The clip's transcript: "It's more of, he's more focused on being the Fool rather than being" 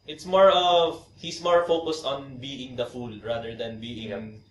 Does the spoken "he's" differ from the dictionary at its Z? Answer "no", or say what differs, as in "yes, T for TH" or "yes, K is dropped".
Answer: yes, S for Z